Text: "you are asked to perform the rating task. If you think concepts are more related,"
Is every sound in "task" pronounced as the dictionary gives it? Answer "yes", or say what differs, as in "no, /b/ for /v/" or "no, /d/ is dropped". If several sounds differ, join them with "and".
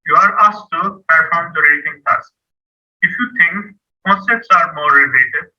no, /k/ is dropped